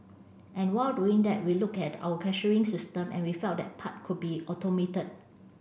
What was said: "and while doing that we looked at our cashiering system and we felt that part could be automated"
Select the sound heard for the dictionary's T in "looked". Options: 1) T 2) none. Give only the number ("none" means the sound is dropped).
2